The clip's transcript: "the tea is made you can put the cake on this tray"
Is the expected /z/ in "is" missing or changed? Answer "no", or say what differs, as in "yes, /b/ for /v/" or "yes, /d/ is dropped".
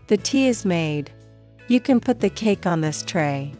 no